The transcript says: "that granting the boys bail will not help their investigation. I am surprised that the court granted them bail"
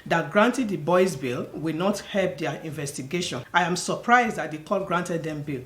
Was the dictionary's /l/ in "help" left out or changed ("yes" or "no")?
no